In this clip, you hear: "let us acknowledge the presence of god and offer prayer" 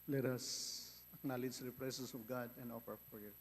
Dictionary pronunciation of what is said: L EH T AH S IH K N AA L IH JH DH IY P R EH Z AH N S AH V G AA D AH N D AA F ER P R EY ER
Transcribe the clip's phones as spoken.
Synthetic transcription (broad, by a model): L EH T AH S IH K N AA L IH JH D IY P R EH S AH S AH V G AA D AH N D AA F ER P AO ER